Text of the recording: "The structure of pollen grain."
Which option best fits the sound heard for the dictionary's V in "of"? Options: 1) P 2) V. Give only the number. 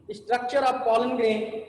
1